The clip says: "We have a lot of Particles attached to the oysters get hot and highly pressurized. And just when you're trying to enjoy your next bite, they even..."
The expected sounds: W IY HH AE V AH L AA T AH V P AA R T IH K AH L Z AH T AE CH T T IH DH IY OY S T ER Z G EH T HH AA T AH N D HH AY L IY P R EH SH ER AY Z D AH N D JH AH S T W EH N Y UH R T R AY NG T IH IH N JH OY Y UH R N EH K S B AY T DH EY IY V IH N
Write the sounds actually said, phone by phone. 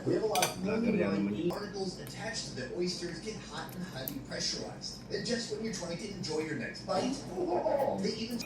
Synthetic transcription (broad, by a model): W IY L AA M AH N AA AH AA R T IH K L Z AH T AE CH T T IH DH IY OY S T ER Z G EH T HH AA T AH N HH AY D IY P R EH SH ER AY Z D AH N JH AH S T W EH N Y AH R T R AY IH IH N JH OY Y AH R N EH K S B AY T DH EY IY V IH N